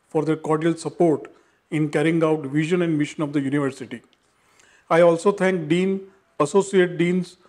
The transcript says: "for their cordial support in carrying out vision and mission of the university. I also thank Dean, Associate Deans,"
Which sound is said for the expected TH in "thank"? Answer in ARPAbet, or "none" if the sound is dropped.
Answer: T